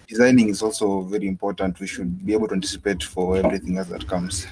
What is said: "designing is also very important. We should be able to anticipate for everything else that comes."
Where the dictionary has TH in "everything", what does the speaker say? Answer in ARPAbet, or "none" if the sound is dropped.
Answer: TH